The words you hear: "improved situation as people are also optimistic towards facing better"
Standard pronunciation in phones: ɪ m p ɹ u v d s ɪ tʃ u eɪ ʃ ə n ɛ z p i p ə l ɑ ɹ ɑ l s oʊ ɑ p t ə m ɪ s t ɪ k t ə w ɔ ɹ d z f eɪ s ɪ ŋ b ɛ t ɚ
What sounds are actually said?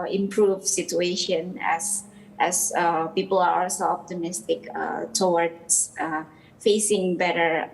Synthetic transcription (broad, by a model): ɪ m p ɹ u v s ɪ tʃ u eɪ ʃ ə n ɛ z p i p ə l ɑ ɹ ɑ l s oʊ ɑ p t ə m ɪ s t ɪ k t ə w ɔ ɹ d s f eɪ s ɪ ŋ b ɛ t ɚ